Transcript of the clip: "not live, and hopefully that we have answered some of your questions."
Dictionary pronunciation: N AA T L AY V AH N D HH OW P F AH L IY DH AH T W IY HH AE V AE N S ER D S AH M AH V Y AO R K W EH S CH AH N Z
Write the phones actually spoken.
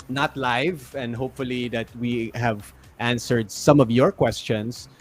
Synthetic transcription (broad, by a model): N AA T L AY V AH N D HH OW P F AH L IY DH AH T W IY HH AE V AE N S ER D S AH M AH V Y AO R K W EH S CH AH N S